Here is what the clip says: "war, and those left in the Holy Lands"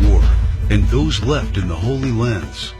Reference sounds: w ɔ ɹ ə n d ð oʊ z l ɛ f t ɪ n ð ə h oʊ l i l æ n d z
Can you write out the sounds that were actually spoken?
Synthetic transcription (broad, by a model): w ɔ ɹ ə n ð oʊ z l ɛ f t ɪ n ð ə h oʊ l i l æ n d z